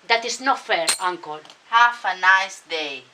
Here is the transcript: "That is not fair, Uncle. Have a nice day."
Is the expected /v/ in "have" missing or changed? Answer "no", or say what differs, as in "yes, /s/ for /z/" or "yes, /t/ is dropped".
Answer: yes, /f/ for /v/